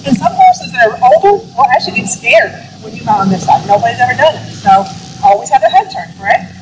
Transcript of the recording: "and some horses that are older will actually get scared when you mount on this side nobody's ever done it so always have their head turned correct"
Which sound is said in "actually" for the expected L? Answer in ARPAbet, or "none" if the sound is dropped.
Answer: none